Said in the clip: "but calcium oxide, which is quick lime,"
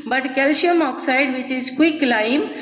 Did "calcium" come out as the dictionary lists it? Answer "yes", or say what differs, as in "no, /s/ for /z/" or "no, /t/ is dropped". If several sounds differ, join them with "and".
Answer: no, /ʃ/ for /s/